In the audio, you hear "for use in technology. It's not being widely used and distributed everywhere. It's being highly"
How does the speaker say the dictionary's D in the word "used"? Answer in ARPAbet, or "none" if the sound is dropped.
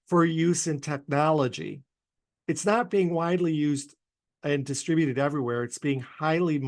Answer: D